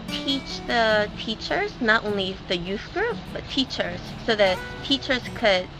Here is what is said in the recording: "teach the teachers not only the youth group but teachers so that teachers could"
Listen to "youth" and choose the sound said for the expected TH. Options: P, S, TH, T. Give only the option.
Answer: TH